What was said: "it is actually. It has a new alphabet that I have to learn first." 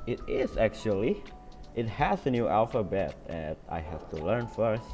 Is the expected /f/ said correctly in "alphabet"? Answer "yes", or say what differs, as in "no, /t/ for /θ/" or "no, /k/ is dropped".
yes